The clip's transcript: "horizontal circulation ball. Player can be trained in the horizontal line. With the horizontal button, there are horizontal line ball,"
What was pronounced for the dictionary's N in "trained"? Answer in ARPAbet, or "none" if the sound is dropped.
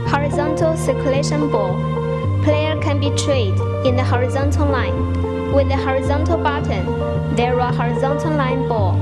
none